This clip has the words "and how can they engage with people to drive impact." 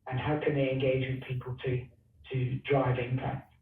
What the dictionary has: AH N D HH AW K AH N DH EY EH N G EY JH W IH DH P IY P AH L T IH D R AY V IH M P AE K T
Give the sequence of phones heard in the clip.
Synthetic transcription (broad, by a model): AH N HH AW K AH N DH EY EH N G EY JH W IH DH P IY P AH L T IH D R AY V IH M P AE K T